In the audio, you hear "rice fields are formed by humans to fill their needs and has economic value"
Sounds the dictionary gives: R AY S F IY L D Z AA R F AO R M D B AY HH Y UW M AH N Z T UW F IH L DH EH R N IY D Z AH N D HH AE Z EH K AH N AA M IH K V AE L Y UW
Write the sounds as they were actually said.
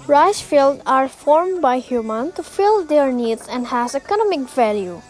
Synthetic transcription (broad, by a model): R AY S F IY L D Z AA R F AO R M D B AY HH Y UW M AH N T UW F IH L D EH R N IY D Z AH N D HH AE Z EH K AH N AA M IH K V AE L Y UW